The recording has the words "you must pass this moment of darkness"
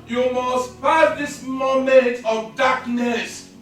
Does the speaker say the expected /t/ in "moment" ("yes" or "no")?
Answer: yes